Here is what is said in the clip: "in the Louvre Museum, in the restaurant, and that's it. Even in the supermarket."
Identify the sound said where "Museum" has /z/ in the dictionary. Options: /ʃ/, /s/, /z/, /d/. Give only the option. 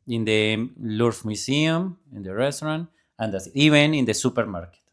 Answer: /s/